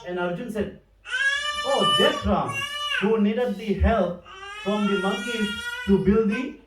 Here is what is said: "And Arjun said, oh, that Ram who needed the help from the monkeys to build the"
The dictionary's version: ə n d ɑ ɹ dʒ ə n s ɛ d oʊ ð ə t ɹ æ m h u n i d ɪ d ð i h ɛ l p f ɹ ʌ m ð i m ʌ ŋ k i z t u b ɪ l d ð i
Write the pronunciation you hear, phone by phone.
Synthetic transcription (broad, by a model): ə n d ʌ ɹ dʒ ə n s ɛ d oʊ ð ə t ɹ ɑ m h u n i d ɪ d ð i h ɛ l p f ɹ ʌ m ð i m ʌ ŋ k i t u b ɪ l d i